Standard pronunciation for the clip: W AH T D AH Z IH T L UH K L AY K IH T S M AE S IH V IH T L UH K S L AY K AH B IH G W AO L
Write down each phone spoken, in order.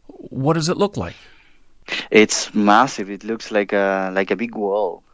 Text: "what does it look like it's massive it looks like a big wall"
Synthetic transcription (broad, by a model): W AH T D AH Z IH T L UH K L AY K IH T S M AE S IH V IH T L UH K S L AY K AH B IH G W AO L